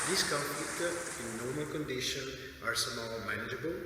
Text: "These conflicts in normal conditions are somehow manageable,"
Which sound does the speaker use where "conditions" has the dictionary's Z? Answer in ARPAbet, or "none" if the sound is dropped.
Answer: none